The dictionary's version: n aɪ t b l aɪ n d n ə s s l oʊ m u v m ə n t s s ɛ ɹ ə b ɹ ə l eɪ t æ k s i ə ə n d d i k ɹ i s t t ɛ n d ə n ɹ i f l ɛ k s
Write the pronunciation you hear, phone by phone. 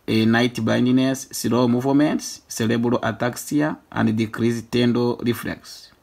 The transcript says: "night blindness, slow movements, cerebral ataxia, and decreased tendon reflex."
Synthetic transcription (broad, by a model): n aɪ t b aɪ n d n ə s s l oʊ m u v m ə n t s s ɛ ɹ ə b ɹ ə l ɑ t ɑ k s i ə ə n d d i k ɹ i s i t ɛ n d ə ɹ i f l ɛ k s